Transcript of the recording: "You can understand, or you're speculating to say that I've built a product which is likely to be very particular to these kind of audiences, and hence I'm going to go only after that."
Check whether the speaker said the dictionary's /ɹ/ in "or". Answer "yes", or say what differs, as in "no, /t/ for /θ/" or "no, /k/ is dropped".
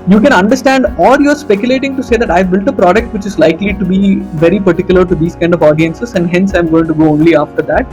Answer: no, /l/ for /ɹ/